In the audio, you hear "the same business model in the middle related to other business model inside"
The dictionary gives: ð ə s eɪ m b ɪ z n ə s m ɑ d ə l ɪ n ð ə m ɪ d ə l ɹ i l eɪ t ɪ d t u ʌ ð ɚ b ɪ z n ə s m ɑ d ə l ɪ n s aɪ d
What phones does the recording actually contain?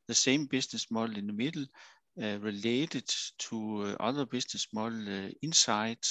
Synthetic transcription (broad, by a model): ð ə s eɪ m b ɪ s n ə s m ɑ l ɪ n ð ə m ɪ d l ɹ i l eɪ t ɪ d s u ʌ ð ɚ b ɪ s n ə s m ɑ l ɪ n s aɪ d